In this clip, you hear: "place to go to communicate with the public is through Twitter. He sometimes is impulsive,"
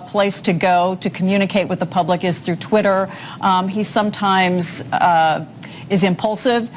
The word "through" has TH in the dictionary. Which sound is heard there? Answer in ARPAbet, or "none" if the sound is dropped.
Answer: TH